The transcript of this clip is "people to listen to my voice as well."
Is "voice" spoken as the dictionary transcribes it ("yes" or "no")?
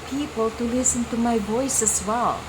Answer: no